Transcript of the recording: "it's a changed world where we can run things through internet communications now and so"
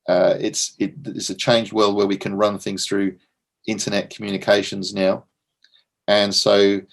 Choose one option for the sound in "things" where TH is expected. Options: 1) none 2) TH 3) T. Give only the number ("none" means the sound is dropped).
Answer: 2